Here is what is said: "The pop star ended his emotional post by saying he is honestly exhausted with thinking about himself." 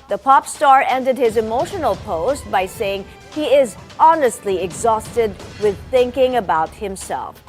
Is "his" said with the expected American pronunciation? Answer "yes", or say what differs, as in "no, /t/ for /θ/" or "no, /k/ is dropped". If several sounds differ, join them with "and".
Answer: yes